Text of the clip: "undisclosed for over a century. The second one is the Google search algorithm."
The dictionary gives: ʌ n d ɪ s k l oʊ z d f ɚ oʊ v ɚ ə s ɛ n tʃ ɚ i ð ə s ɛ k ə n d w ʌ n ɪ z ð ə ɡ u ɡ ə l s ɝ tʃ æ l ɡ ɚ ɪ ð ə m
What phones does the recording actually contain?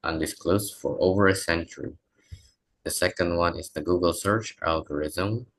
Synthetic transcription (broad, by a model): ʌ n d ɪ s k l oʊ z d f ɚ oʊ v ɚ ə s ɛ n tʃ ɚ i ð ə s ɛ k ə n d w ʌ n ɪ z ð ə ɡ u ɡ ə l s ɝ tʃ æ l ɡ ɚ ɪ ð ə m